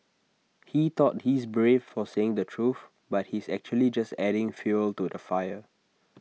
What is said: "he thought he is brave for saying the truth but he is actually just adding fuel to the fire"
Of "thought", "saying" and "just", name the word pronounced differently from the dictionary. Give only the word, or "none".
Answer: thought